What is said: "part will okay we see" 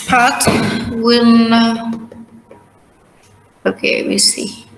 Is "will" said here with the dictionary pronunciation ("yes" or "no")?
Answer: no